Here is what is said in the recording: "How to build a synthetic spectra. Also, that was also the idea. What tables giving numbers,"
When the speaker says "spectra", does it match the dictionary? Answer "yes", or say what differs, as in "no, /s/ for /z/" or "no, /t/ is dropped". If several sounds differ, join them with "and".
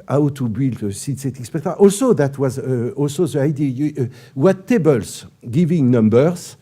no, /ɹ/ is dropped